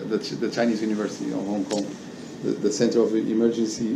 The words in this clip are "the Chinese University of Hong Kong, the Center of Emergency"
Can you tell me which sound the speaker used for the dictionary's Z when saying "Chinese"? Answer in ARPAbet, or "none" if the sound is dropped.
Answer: Z